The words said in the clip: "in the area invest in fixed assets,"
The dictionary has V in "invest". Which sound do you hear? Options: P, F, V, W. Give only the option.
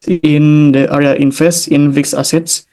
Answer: F